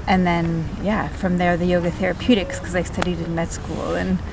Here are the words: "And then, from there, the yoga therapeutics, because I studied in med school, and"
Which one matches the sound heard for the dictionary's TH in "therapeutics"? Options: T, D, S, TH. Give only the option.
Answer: TH